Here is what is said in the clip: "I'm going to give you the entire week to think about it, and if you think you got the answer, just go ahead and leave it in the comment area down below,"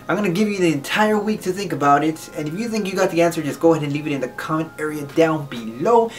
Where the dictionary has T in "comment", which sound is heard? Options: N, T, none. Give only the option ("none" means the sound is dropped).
none